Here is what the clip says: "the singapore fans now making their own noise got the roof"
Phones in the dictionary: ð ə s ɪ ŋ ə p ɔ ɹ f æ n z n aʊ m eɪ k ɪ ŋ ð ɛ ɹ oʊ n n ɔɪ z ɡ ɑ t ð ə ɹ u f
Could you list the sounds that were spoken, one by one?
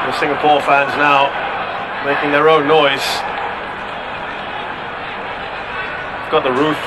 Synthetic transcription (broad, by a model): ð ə s ɪ ŋ ə p ɔ ɹ f æ n z n aʊ m eɪ k ɪ ŋ ð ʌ ɹ oʊ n n ɔɪ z ɡ ɑ t ð ə ɹ u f